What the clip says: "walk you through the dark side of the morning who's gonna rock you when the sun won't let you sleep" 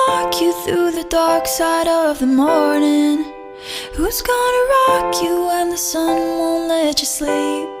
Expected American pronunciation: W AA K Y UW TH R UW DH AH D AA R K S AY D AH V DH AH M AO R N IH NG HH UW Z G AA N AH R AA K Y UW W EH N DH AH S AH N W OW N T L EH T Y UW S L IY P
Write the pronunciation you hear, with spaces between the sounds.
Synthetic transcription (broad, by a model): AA K Y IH TH R UW DH AH D AA R K S AY D AH V DH AH M AO R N IH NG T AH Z G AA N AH R AA K Y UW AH N DH AH S AH N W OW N L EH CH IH S L IY P